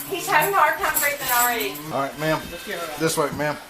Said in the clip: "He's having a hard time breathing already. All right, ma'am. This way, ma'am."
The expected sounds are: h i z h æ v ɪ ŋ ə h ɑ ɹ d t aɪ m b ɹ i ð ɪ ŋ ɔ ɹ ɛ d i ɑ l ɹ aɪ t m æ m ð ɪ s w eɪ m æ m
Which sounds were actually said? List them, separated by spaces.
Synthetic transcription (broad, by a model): h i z h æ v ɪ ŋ h ɑ ɹ d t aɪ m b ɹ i ɪ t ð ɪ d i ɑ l ɹ aɪ t m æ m ð ɪ s w eɪ m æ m